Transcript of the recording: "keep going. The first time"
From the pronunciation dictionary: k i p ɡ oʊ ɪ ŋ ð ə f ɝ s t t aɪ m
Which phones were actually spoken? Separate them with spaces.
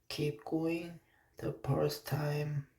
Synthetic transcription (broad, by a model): k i p ɡ oʊ ɪ ŋ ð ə p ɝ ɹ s t aɪ m